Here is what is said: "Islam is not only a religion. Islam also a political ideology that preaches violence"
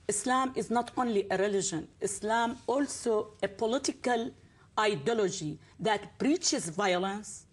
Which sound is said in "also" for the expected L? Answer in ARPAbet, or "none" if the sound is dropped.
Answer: L